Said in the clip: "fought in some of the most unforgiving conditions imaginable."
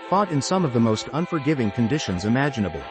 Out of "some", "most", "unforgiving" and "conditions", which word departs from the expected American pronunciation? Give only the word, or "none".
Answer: none